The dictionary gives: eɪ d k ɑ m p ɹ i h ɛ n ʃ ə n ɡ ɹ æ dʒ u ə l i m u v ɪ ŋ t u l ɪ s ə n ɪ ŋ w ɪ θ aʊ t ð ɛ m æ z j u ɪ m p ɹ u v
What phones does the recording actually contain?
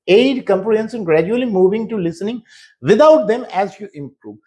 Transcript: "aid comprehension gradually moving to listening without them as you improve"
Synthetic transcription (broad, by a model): eɪ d k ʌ m p l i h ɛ n s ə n ɡ ɹ æ dʒ u ə l i m u v ɪ ŋ t u l ɪ s ə n ɪ ŋ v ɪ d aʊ t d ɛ m æ z j u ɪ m p ɹ u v